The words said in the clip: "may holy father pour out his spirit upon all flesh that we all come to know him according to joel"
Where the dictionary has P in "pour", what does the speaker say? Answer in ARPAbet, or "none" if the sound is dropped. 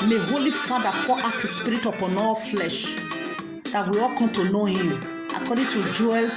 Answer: F